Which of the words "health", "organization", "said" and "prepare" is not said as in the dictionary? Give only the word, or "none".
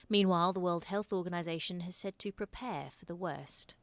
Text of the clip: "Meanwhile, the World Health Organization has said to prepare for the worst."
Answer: none